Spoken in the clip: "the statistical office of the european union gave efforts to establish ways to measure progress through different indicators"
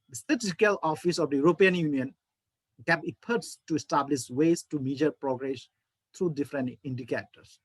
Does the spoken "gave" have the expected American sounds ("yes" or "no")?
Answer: no